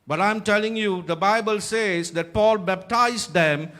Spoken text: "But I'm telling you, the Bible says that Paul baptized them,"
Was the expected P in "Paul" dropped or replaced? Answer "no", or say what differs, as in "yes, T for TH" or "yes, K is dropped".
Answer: no